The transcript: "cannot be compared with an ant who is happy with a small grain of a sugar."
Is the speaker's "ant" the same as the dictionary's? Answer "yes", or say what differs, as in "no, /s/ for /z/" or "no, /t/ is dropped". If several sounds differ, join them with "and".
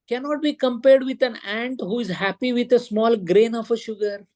yes